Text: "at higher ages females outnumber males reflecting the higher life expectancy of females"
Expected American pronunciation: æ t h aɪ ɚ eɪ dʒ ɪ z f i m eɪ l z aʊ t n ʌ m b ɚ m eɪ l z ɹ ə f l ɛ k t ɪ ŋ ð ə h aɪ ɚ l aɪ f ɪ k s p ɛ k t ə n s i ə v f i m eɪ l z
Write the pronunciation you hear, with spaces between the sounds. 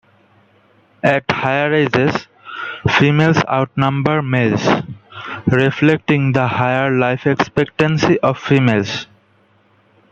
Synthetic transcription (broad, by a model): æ t h aɪ ɚ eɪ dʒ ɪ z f i m eɪ l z aʊ t n ʌ m b ɚ m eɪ l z ɹ ə f l ɛ k t ɪ ŋ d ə h aɪ ɚ l aɪ f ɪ k s p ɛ k t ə n s i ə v f i m eɪ l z